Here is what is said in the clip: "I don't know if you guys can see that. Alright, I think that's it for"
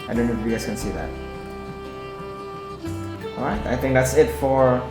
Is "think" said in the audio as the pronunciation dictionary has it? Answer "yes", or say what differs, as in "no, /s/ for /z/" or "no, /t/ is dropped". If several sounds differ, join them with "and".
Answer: yes